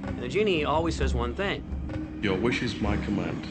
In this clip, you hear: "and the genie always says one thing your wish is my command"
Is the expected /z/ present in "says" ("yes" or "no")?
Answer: yes